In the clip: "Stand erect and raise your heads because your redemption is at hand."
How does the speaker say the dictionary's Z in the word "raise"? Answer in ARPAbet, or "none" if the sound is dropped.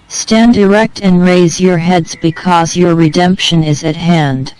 Z